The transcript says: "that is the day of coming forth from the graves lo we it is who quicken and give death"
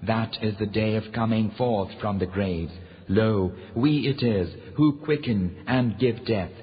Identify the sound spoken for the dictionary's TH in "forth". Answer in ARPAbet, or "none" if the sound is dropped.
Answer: TH